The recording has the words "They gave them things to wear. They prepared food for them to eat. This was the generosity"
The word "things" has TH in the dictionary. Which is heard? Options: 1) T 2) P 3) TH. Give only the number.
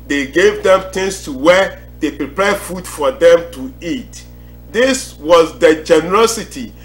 1